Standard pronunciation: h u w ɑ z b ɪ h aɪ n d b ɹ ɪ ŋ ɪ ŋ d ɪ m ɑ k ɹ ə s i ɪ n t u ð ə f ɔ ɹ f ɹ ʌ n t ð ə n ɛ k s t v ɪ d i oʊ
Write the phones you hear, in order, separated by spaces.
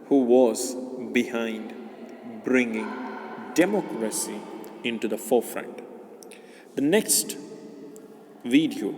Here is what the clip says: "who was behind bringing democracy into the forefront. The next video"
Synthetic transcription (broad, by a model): h u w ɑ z b ɪ h aɪ n d b ɹ ɪ ŋ ɪ ŋ d ɪ m ɑ k ɹ ə s i ɪ n t u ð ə f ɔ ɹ f ɹ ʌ n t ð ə n ɛ k s t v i d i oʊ